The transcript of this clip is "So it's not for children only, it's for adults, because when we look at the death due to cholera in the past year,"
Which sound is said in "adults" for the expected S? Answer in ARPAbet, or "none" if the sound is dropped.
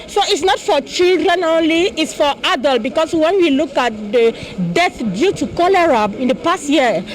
none